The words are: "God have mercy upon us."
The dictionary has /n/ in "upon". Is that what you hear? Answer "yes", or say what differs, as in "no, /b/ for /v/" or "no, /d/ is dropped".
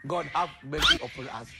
no, /n/ is dropped